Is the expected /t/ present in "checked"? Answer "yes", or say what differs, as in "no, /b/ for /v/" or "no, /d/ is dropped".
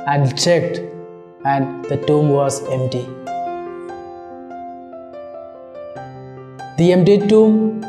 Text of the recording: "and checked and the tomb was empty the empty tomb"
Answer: yes